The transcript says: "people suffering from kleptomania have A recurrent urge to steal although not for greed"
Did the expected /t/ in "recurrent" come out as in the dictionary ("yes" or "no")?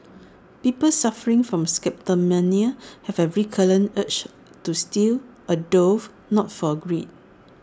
no